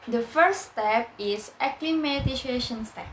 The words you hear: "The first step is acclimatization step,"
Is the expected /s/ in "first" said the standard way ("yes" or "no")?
no